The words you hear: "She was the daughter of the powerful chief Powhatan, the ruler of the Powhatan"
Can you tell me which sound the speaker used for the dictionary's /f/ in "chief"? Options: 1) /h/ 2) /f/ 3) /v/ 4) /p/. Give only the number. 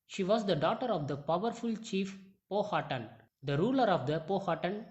2